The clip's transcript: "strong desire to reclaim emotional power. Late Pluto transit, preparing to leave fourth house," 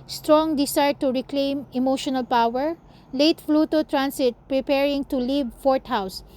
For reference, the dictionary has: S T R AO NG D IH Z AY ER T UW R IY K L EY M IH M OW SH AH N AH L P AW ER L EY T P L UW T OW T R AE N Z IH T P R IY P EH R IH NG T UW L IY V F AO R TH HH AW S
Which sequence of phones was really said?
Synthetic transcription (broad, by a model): S T R AO NG D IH S AY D T UW R IY K L EY M IH M OW SH AH N AH L P AW ER L EY T F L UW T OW T R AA N S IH T P R IY P EH R IH NG T UW L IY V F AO R T HH AW S